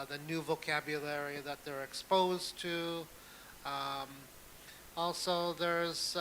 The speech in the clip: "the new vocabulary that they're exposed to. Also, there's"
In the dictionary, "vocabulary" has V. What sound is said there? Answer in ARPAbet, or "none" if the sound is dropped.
V